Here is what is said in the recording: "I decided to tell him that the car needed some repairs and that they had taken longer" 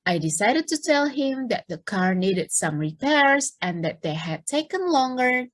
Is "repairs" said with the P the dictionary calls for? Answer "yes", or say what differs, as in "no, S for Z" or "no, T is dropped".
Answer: yes